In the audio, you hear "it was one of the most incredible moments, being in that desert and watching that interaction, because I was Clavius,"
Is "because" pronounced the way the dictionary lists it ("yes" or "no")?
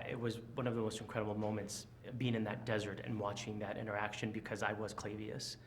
yes